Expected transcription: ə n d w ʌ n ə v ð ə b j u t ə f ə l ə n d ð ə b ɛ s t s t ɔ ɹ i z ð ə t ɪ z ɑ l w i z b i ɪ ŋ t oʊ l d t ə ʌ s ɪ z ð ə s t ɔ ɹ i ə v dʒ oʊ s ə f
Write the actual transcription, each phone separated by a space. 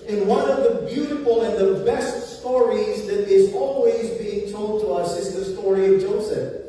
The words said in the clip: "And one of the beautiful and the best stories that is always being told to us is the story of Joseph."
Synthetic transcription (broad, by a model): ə n w ʌ n ə v ð ə b j u t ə f l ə n ð ə b ɛ s t s t ɔ ɹ i z ð ə t ɪ z ɑ l w i z b i ɪ ŋ t oʊ l d t ə ʌ s ɪ z ð ə s t ɔ ɹ i ə v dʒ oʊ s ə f